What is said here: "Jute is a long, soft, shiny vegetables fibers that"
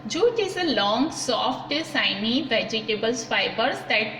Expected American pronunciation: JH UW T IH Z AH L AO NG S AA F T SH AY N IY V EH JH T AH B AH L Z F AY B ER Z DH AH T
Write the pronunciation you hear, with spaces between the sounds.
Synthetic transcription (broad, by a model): JH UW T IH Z AH L AO NG S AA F T S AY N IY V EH JH T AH B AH L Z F AY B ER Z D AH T